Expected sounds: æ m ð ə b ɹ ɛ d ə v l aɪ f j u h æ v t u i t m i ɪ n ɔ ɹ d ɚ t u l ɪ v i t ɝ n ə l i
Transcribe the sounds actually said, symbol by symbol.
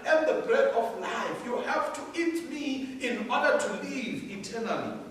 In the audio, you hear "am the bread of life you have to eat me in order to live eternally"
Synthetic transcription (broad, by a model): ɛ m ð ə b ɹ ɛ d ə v l aɪ f j u h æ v t u i t m i ɪ n ɔ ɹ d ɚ t u l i v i t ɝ n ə l i